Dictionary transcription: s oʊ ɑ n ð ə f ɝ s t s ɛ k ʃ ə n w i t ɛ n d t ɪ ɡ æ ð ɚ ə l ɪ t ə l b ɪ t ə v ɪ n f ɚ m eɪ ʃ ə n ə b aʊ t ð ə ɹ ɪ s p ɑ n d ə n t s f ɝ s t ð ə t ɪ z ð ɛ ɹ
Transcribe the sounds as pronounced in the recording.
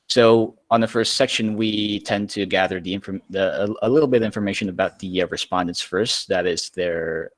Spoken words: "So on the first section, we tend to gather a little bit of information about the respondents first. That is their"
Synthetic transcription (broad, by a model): s oʊ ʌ n ð ə f ɝ s t s ɛ k ʃ ə n w i t ɛ n t ɪ ɡ æ ð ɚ ə l ɪ t l b ɪ t ə v ɪ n f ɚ m eɪ ʃ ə n ə b aʊ t ð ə ɹ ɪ s p ɑ n d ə n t s f ɝ s t ð ə t ɪ z ð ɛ ɹ